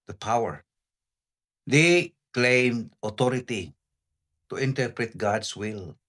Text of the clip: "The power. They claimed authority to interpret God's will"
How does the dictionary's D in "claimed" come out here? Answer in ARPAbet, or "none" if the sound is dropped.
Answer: D